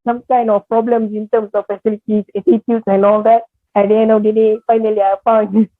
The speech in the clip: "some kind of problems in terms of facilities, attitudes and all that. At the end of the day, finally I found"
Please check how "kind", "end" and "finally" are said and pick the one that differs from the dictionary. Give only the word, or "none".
end